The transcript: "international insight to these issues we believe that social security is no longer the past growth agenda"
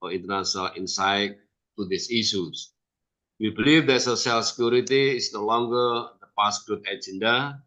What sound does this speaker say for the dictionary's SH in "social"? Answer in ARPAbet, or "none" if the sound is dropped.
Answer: S